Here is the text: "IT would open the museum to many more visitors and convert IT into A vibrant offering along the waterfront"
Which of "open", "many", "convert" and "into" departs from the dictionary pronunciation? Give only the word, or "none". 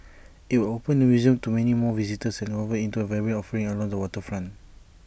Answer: convert